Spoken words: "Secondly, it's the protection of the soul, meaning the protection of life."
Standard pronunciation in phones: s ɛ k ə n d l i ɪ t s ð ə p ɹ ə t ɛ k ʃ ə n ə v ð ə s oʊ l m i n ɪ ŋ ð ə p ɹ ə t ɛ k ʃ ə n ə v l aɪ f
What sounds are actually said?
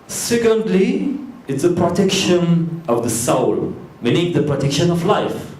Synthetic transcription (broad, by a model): s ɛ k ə n d l i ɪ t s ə p ɹ ə t ɛ k ʃ ə n ə v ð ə s oʊ l m i n ɪ ŋ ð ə p ɹ ə t ɛ k ʃ ə n ə v l aɪ f